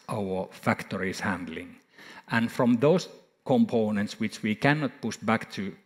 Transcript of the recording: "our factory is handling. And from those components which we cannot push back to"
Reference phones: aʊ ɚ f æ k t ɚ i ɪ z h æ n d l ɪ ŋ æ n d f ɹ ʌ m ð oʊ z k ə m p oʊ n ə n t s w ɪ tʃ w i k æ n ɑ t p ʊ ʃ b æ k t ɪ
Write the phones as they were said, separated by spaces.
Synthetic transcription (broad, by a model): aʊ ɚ f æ k t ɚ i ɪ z h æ n d l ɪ ŋ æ n f ɹ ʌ m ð oʊ s k ə m p oʊ n ə n t s w ɪ tʃ w i k æ n ɑ t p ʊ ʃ b æ k t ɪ